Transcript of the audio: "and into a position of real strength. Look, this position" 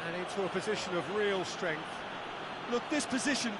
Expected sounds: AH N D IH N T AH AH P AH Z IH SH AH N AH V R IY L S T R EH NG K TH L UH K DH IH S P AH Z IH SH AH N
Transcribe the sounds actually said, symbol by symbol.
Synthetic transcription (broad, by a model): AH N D IH N T AH AH P AH Z IH SH AH N AH V R IY L S T R EH NG K TH L UH K DH IH S P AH Z IH SH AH N